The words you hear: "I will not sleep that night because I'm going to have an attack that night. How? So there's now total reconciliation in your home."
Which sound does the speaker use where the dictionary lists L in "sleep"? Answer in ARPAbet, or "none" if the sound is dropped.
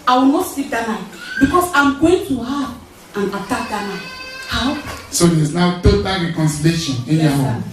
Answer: none